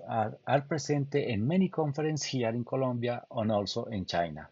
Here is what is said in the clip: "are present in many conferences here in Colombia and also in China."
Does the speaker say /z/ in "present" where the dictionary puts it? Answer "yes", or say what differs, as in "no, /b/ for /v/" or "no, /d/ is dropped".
no, /s/ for /z/